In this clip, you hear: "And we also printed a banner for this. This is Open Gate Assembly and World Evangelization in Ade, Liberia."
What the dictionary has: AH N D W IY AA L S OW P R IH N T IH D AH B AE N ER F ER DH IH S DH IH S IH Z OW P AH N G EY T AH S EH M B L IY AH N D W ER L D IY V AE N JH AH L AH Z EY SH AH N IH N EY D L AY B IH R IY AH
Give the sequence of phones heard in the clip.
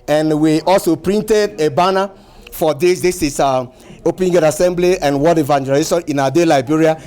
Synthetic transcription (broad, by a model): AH N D W IY AA L S OW P R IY N T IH D AH B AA N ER F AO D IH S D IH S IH S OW P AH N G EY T AH S EH M B L IY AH N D W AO D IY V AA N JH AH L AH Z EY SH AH N IH N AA D L AY B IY R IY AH